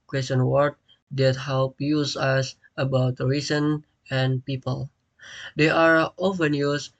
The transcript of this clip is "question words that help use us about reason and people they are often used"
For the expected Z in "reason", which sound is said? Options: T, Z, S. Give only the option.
S